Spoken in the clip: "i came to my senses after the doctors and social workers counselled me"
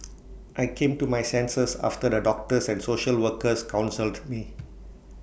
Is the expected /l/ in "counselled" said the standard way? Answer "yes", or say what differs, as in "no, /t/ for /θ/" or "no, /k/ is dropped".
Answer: yes